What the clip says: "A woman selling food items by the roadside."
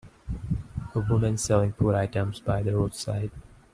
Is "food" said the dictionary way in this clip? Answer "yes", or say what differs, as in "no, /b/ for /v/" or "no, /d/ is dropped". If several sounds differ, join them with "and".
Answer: no, /p/ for /f/